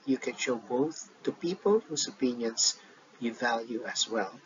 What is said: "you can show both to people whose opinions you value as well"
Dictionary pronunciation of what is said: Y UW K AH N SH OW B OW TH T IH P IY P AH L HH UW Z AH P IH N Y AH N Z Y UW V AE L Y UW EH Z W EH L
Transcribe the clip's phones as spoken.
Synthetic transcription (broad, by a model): Y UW K AH N SH OW B OW TH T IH P IY P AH L HH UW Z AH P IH N Y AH N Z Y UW V AE L Y UW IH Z W EH L